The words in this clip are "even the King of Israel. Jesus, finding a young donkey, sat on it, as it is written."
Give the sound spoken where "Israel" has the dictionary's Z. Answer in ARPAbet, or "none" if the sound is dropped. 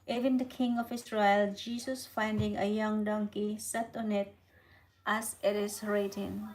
S